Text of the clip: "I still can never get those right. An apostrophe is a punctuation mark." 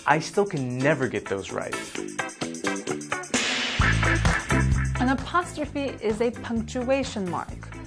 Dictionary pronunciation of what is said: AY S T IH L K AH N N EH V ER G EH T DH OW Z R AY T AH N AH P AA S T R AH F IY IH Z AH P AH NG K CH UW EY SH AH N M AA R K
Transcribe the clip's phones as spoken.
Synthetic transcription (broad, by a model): AY S T IH L K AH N N EH V ER G EH T DH OW Z R AY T AH N AH P AA S T R AH F IY IH Z AH P AH NG K CH UW EY SH AH N M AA R K